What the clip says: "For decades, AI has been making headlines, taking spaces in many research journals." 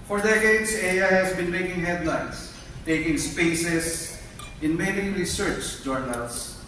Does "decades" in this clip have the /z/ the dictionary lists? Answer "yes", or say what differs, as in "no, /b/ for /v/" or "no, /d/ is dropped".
no, /s/ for /z/